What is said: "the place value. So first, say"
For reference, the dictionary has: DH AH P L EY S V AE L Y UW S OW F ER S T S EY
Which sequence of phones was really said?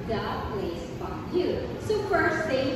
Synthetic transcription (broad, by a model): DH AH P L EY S F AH Y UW S OW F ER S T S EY